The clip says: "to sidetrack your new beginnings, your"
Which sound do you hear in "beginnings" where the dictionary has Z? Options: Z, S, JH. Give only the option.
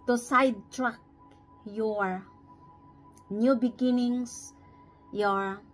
S